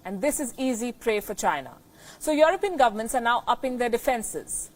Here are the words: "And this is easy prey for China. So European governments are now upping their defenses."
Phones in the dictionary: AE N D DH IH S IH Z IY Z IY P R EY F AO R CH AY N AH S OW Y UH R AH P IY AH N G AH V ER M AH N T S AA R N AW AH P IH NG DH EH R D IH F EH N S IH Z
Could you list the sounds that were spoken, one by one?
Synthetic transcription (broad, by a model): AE N D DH IH S IH Z IY Z IY P R EY F AO R CH AY N AH S OW Y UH R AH P IY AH N G AH V ER M AH N T S AA R N AW AH P IH NG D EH R D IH F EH N S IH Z